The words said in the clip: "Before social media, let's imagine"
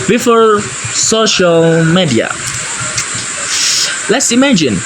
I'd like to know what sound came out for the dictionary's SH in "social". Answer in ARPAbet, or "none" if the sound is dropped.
SH